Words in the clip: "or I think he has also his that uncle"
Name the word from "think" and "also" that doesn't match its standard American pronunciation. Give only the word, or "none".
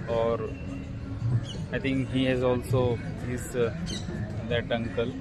think